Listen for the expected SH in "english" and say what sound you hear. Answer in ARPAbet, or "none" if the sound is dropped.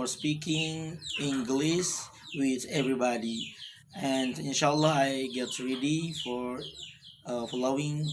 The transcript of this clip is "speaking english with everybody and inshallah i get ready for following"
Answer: S